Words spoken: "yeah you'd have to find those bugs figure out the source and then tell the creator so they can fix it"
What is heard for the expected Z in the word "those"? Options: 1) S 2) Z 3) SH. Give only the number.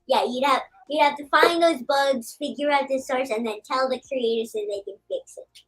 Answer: 2